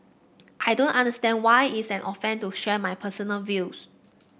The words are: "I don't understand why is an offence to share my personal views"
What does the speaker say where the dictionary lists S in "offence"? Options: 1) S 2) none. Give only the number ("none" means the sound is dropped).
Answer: 2